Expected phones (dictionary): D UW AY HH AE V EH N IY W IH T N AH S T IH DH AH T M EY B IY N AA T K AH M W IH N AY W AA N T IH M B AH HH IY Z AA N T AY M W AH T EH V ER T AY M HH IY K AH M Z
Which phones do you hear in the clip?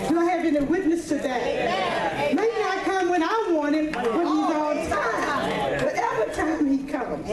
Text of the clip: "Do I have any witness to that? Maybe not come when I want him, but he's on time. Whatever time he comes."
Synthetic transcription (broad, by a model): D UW AY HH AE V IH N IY W IH T N AH S T IH DH AH T M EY IY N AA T K AH M W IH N AY W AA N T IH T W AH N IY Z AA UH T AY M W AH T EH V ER T AY M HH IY K AH M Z